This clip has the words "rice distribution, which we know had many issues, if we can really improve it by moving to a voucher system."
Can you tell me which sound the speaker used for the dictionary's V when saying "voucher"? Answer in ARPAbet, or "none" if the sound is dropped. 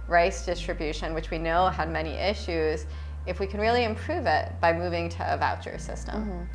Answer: V